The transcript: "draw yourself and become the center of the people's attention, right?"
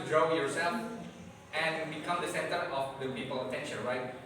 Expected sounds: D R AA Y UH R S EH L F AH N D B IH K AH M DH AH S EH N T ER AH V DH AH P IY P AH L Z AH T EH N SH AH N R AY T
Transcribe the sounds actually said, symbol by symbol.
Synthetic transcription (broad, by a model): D R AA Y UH R S EH L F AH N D B IH K AH M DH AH S EH N T ER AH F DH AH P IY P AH L AH T EH N SH AH N R AY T